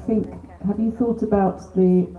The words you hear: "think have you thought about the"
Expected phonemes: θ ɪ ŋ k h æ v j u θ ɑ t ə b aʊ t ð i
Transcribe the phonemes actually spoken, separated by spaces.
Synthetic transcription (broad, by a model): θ ɪ ŋ k h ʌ v j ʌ θ ɑ t ə b aʊ t ð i